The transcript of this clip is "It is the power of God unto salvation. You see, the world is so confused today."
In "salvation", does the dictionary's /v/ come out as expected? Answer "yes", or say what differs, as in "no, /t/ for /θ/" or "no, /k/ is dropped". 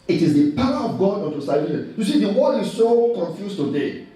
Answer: no, /v/ is dropped